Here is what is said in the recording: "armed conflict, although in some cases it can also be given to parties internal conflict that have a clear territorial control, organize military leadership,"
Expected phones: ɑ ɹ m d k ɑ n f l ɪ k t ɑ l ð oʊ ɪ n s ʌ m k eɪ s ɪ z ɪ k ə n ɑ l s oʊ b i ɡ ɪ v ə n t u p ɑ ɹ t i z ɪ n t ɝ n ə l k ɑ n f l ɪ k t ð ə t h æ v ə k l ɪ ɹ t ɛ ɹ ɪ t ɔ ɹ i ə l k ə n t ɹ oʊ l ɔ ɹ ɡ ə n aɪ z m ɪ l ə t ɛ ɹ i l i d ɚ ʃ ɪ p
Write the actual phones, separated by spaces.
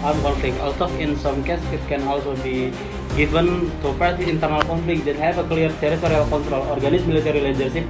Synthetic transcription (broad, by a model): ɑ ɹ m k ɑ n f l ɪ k ɑ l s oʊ ɪ n s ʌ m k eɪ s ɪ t k ə n ɑ l s oʊ b i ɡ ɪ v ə n t u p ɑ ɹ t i ɪ n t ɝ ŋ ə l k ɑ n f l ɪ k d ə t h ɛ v ə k l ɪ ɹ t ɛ ɹ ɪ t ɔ ɹ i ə l k ə n t ɹ oʊ l ɔ ɹ ɡ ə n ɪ s m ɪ l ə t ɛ ɹ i l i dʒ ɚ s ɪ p